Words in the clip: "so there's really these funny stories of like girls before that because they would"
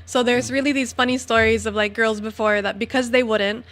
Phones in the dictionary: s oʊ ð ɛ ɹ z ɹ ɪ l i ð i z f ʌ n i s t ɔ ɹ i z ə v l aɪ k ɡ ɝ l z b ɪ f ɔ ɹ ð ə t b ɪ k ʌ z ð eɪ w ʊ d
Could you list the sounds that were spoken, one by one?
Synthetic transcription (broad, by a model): s oʊ ð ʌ ɹ z ɹ ɪ l i ð i z f ʌ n i s t ɔ ɹ i z ə v l aɪ k ɡ ɝ l z b ɪ f ɔ ɹ ð ə t b ɪ k ʌ z ð eɪ w ʊ d